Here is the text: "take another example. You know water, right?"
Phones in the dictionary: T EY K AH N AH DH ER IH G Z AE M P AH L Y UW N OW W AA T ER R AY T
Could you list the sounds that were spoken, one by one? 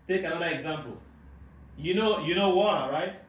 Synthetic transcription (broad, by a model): T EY K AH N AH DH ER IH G Z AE M P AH N Y UW N OW W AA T R AY T